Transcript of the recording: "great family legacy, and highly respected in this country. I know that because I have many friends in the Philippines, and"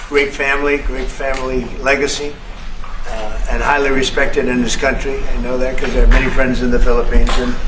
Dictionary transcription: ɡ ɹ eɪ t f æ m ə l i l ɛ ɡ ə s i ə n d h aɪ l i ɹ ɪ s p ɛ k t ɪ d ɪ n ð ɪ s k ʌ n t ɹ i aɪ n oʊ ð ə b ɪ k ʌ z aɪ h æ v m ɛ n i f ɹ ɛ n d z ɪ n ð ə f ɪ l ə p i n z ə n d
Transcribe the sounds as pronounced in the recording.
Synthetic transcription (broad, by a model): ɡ ɹ eɪ t f æ m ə l i l ɛ ɡ ə s i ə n h aɪ l i ɹ ɪ s p ɛ k t ɪ d ɪ n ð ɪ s k ʌ n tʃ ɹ i aɪ n oʊ ð ə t k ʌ z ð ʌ m ɛ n i f ɹ ɛ n d z ɪ n ð ə f ɪ l ə p i n z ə n